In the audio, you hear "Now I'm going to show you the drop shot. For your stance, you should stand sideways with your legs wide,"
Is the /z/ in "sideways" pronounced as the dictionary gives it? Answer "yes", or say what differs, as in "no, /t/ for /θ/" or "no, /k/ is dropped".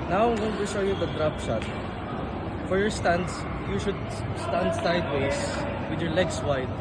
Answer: no, /s/ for /z/